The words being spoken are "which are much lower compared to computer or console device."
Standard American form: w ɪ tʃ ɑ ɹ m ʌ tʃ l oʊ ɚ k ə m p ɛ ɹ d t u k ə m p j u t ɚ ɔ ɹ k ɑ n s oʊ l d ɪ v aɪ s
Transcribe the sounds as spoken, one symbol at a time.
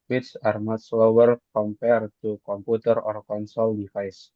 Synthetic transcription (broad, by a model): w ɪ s ɑ ɹ m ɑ s l oʊ ɚ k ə m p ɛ ɹ t u k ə m p u t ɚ ɔ ɹ k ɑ n s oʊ l d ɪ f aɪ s